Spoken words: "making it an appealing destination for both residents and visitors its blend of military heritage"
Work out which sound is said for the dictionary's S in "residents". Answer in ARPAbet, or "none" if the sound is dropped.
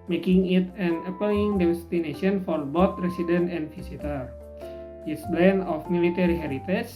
none